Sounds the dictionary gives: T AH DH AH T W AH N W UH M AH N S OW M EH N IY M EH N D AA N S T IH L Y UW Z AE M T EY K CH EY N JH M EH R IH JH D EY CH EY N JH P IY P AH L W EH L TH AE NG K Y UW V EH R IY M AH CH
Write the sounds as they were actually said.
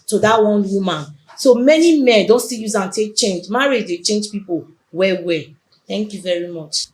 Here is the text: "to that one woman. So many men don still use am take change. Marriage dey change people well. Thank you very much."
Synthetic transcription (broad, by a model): T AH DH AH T W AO N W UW M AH N S OW M EH N IY M EH N D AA N S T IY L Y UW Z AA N T EY K CH EY N JH M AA R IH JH D EY CH EY N JH P IY P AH W W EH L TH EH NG K Y UW V EH R IY M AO CH